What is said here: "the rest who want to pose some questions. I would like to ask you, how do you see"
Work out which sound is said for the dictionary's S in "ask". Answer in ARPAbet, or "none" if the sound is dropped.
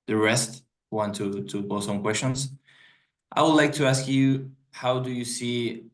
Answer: S